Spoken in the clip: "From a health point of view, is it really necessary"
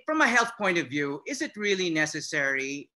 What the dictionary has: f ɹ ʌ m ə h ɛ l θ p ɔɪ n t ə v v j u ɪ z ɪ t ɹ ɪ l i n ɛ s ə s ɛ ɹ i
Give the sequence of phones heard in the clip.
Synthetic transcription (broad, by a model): f ɹ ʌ m ə h ɛ l θ p ɔɪ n t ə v v j u ɪ z ɪ t ɹ ɪ l i n ɛ s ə s ɛ ɹ i